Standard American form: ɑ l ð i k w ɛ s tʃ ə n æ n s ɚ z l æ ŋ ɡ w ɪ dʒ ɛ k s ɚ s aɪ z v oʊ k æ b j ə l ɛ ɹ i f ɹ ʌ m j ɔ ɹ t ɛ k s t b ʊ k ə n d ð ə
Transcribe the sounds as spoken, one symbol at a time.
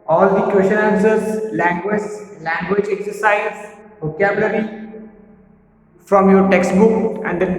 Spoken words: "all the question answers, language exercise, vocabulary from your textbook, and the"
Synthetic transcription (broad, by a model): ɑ l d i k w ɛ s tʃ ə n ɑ s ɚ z l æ ŋ ɡ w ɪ dʒ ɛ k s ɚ s aɪ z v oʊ k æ b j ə l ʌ ɹ i f ɹ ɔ m j ɔ ɹ t ɛ k s t b ʊ k ə n d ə